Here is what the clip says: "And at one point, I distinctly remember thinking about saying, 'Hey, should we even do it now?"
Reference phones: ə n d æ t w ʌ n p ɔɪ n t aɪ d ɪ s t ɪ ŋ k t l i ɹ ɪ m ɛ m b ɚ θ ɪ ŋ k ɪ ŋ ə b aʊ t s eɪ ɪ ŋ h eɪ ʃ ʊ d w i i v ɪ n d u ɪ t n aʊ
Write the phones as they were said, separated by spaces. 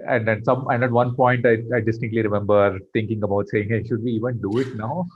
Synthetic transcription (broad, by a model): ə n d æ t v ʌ n p ɔɪ n t aɪ d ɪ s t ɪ k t l i ɹ ɪ m ɛ m b ɚ t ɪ ŋ k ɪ ŋ ə b aʊ t s eɪ ɪ ŋ h eɪ ʃ ʊ d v i i v ɪ n d u ɪ t n aʊ